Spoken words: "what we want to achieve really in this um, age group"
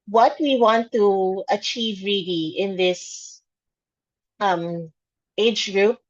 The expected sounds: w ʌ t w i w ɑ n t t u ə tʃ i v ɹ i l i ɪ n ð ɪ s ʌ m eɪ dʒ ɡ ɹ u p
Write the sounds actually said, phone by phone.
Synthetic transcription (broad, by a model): w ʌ t w i w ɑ n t t u ə tʃ i v ɹ i l i ɪ n ð ɪ s ʌ m eɪ dʒ ɡ ɹ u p